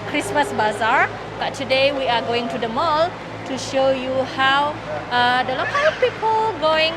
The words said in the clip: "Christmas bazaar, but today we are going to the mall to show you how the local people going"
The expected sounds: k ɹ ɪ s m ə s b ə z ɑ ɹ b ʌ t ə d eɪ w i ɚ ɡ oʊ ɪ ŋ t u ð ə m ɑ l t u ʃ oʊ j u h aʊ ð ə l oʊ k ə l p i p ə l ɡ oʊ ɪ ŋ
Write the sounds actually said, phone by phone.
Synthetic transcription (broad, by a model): k ɹ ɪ s m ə s b ə z ɑ ɹ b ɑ t ə d eɪ w i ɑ ɡ oʊ ɪ ŋ t u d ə m ɑ l t u ʃ oʊ j u h aʊ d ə l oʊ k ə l p i p ə l ɡ oʊ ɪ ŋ